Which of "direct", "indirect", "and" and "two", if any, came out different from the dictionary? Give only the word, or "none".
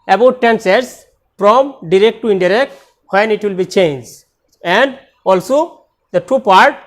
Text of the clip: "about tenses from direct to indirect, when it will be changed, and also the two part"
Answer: none